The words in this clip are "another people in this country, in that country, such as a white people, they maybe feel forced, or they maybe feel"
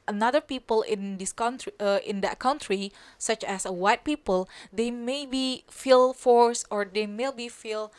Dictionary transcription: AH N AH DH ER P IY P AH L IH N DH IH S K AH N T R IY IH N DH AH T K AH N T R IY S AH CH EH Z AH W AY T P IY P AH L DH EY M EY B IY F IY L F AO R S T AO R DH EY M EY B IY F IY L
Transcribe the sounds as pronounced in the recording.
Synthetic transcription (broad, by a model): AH N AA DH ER P IY P AH L IH N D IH S K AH N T R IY IH N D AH T K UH N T R IY S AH CH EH S AH W AY T P IY P AH L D EY M EY B IY F IY L F AO R S AO R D EY M EY B IY F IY L